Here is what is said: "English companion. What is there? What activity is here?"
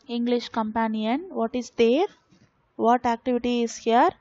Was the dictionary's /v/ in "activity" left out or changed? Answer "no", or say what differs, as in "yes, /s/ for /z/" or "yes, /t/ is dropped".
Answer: no